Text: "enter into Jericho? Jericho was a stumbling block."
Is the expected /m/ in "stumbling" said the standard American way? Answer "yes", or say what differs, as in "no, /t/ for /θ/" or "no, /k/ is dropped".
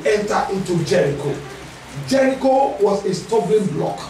no, /m/ is dropped